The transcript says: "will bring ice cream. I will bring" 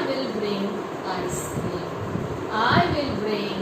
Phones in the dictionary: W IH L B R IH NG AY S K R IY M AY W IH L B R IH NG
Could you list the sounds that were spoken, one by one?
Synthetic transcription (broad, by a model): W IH L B R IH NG AY S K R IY AY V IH L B R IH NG